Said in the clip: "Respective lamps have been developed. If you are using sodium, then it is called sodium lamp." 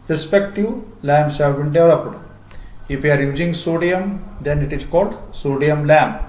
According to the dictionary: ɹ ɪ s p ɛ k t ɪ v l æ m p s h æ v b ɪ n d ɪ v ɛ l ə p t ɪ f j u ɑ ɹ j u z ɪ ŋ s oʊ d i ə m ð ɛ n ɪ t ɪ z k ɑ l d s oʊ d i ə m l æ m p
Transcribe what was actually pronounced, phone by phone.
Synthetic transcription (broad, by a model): ɹ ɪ s p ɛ k t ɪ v l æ m s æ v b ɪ n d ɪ ɔ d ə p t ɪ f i ɑ ɹ j u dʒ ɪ ŋ s oʊ d i ə m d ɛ n ɪ t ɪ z k ɑ l d s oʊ d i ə m l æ m